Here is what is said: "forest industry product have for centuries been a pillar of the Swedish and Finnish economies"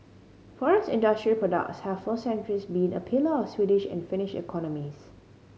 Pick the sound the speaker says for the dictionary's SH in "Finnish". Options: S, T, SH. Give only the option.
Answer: SH